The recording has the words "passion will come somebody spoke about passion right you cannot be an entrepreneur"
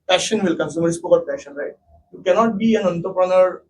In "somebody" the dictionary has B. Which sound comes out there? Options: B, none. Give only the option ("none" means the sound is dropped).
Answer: none